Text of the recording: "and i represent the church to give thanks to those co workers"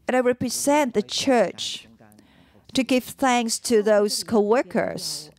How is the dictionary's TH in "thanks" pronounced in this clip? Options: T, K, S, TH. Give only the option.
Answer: TH